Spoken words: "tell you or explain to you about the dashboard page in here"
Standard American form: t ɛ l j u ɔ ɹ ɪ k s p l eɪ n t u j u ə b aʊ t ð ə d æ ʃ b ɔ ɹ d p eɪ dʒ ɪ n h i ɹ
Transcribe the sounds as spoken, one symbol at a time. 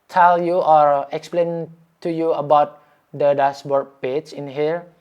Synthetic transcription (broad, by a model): t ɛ l j u ɔ ɹ ɪ k s p l eɪ n t u j u ə b aʊ t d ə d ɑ s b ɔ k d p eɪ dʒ ɪ n h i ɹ